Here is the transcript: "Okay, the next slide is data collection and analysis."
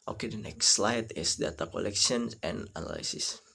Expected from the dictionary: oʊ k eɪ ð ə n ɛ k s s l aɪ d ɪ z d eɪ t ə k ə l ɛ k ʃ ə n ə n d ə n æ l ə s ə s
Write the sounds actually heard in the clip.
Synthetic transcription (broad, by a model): oʊ k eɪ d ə n ɛ k s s l aɪ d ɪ s d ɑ t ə k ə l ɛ k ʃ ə n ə n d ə n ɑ l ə s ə s